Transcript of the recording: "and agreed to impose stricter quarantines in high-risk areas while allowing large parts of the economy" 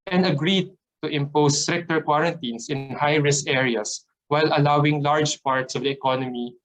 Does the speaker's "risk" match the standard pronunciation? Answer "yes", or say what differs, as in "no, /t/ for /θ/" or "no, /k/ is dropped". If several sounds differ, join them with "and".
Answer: no, /k/ is dropped